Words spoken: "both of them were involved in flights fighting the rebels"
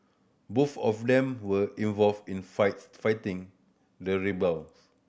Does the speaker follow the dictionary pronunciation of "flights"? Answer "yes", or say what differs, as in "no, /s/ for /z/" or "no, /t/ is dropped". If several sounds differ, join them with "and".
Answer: no, /l/ is dropped